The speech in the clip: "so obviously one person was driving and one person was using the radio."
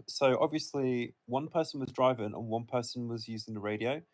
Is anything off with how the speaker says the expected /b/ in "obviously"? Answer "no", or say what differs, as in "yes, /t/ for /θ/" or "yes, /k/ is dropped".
no